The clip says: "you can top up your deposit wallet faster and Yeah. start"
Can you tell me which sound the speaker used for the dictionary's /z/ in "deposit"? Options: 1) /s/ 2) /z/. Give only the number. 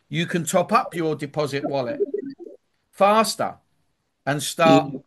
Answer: 2